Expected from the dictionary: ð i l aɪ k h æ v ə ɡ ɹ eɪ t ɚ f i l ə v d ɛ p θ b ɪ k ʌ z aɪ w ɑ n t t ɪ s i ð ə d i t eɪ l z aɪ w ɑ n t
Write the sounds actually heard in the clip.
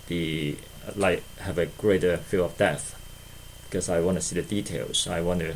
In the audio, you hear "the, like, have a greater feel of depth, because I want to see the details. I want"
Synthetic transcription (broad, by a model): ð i l aɪ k h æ v ə ɡ ɹ eɪ t ɚ f i l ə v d ɛ θ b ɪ k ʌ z aɪ w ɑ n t t ɪ s i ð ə d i t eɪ l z aɪ w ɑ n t